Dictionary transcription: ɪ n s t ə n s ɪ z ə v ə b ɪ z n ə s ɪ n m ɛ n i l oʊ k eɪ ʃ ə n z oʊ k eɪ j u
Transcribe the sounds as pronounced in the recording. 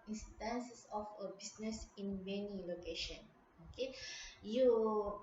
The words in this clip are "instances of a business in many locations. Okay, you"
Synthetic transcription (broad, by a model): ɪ n s t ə n s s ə f ə b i s n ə s ɪ n m ɛ n i l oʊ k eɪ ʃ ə n oʊ k eɪ j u